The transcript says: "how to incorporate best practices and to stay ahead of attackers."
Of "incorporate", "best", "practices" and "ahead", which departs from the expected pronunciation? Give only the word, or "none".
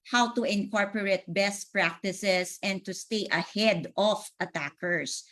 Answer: practices